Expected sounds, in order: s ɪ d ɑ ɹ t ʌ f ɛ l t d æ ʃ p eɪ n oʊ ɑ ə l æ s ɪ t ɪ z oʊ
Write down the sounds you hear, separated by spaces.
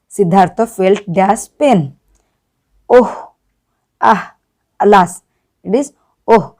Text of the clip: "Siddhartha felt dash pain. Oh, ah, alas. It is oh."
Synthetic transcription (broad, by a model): s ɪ d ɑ ɹ t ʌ f ɛ l t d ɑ s p eɪ n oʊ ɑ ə l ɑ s ɪ t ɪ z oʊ